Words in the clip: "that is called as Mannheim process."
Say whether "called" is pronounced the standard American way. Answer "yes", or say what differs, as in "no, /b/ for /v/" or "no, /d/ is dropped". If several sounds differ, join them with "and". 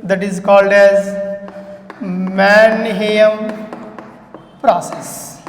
yes